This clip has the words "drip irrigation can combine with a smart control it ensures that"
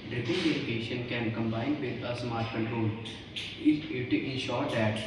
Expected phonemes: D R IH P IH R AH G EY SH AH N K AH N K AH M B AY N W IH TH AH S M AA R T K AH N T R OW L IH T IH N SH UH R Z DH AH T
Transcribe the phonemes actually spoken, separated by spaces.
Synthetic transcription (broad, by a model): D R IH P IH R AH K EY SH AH N K AH N K AH M B AY N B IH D AH S M AA R T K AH N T R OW L IH T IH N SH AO R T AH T